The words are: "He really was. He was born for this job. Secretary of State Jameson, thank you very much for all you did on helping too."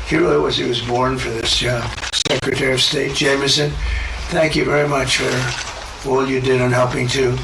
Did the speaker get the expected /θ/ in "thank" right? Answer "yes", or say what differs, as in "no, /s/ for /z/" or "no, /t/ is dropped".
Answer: yes